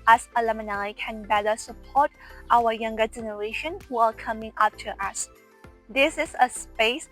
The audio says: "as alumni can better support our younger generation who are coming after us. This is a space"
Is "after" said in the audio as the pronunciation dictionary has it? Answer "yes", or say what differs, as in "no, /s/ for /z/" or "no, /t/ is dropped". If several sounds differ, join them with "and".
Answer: no, /p/ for /f/